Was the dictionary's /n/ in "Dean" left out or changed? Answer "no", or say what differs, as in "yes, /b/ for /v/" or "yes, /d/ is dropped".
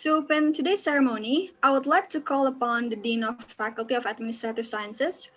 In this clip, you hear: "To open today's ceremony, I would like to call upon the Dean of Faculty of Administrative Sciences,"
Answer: no